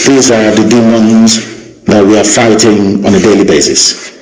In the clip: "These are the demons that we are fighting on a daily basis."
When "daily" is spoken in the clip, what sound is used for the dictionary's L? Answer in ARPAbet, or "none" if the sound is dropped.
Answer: L